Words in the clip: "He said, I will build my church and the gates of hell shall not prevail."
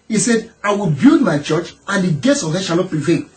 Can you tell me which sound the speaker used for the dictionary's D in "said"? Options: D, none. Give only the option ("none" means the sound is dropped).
D